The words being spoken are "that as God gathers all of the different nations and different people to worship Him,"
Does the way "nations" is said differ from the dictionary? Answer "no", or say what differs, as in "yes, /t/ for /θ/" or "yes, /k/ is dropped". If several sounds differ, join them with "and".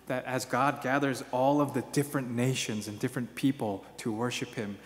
no